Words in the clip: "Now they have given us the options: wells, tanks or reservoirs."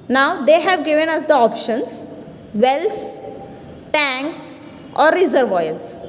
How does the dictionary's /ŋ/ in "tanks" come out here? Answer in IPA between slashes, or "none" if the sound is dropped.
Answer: /ŋ/